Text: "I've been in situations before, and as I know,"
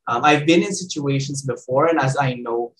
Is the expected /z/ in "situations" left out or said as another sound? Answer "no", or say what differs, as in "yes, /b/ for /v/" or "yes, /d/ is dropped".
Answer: no